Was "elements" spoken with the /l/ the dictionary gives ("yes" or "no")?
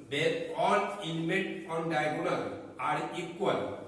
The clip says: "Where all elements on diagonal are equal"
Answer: no